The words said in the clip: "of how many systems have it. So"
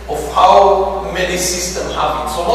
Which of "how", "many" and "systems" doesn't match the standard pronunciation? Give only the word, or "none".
systems